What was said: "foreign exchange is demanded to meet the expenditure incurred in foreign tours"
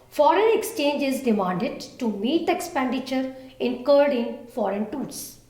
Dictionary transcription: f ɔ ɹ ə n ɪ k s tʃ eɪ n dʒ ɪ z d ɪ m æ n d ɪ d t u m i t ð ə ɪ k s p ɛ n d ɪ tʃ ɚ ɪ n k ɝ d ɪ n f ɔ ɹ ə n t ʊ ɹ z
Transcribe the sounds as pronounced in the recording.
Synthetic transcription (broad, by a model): f ɔ ɹ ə n ɪ k s tʃ eɪ n dʒ ɪ z d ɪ m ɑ n d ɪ d t u m i t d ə ɪ k s p ɛ n d ɪ tʃ ɚ ɪ n k ɝ d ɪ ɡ f ɔ ɹ ə n t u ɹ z